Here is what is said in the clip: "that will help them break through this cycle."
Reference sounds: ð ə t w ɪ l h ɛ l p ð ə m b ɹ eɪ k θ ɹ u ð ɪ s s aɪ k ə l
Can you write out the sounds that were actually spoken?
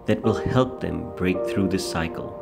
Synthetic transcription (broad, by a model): ð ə t w ɪ l h ɛ l p ð ə m b ɹ eɪ k θ ɹ u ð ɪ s s aɪ k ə l